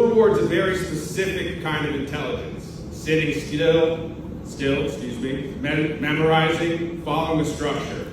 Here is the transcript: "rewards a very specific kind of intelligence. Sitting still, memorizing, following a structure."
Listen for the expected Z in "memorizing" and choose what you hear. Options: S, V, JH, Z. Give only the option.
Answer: Z